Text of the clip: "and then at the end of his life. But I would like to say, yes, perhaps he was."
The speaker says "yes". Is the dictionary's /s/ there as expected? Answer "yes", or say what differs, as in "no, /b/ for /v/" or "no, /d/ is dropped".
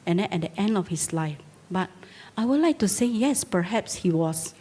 yes